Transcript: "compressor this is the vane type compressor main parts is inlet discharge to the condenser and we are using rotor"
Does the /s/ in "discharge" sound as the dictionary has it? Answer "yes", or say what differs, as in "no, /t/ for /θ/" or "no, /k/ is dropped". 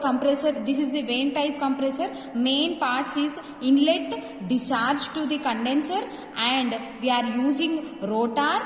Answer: no, /s/ is dropped